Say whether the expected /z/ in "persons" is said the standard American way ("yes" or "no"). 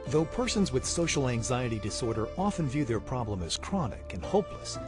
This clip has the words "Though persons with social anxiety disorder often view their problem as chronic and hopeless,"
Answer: yes